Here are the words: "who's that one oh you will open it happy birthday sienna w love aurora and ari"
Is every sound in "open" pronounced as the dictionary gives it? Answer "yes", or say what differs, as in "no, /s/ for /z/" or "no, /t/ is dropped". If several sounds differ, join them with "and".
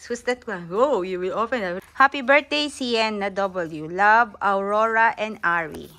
no, /f/ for /p/